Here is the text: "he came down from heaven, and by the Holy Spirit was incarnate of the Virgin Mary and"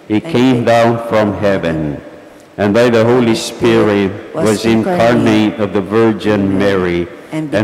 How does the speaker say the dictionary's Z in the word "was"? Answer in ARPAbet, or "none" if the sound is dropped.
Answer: Z